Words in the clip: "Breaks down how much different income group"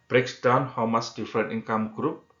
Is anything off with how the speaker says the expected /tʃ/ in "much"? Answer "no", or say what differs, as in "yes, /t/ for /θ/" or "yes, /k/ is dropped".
yes, /s/ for /tʃ/